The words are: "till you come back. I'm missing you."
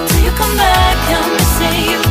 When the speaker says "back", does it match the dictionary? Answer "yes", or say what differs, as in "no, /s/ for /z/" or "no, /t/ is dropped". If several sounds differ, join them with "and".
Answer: yes